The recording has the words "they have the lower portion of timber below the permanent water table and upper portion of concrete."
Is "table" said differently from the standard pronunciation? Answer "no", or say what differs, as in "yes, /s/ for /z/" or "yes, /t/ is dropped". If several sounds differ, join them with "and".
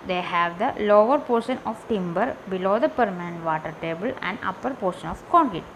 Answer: no